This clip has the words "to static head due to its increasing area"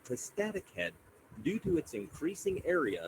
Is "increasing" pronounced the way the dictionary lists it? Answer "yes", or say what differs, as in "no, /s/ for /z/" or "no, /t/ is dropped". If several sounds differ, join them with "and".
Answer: yes